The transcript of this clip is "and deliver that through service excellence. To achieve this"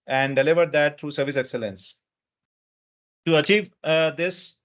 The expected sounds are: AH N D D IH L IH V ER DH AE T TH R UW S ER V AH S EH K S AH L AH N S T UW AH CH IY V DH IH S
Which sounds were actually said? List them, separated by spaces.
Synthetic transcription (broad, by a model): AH N D D IH L IH V ER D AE T T R UW S ER V AH S EH K S AH L AH N S T UW AH CH IY V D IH S